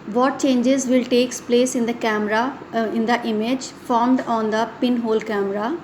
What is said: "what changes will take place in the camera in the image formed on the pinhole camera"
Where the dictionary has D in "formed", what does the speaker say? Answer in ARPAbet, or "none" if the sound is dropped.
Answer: D